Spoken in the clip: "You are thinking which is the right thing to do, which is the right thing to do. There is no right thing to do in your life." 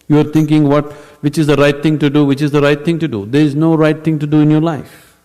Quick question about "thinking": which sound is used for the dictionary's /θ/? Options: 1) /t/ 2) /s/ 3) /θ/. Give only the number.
1